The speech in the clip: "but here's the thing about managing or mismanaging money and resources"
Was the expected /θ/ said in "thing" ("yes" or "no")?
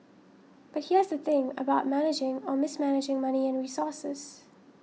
yes